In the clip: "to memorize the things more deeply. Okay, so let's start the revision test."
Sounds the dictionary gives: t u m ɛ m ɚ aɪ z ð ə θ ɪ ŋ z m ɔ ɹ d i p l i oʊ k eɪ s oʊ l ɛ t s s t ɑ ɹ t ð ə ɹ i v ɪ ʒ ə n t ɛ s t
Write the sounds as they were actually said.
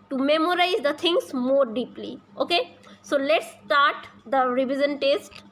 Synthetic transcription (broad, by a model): t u m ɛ m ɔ aɪ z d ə t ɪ ŋ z m ɔ ɹ d i p l i oʊ k eɪ s oʊ l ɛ t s s t ɑ ɹ t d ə ɹ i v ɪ z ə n t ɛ s t